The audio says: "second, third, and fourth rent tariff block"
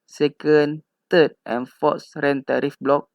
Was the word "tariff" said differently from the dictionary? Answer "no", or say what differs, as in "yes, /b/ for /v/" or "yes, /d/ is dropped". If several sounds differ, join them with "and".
no